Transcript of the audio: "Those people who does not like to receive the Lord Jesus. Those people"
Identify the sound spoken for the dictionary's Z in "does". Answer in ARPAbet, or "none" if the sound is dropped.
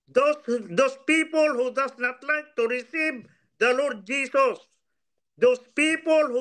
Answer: S